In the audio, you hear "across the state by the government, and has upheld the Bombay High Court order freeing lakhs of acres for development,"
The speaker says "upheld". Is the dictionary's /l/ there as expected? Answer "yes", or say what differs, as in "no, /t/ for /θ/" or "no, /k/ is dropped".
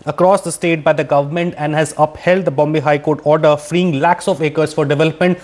yes